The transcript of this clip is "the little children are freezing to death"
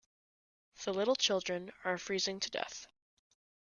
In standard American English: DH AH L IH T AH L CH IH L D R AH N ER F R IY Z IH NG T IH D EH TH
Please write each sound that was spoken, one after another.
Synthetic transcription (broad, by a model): DH AH L IH T L CH IH L D R AH N ER F R IY Z IH NG T IH D EH TH